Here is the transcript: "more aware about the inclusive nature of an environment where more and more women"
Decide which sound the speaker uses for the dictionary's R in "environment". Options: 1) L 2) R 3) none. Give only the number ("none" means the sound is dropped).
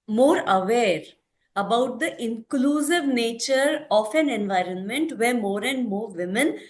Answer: 2